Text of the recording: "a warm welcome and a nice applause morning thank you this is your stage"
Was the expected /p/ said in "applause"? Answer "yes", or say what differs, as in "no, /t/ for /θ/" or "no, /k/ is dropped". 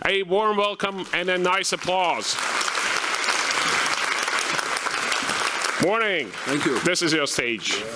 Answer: yes